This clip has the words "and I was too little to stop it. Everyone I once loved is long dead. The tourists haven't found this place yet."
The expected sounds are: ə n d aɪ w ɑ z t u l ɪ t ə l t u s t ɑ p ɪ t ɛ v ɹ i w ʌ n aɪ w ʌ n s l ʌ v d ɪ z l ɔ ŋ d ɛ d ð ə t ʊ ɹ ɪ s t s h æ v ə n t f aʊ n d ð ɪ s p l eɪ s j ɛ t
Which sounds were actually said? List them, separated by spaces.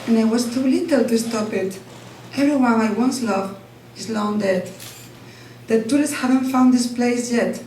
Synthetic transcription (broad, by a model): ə n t w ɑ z t u l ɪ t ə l t u s t ɑ p ɪ t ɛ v ɹ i w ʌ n aɪ w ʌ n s l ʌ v ɪ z l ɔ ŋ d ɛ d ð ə t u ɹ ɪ s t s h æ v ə n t f aʊ n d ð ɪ s p l eɪ s j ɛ t